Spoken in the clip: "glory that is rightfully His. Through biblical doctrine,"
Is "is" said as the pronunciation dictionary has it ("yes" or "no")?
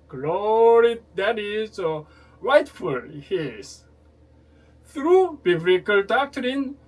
no